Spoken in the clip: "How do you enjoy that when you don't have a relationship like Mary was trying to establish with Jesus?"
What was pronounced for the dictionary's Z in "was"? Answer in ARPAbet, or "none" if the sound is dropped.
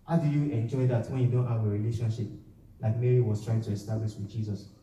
S